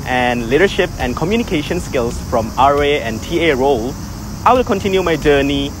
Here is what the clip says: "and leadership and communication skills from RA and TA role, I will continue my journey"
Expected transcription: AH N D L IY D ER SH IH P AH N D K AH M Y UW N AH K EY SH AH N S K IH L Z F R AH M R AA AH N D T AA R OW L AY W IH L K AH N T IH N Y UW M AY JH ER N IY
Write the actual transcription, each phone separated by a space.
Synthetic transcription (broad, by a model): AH N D L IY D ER SH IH P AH N K AH M Y UW N AH K EY SH AH N S K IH L S F R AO M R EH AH N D T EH R OW L AY W IH L K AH N T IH N Y UW M AY JH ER N IY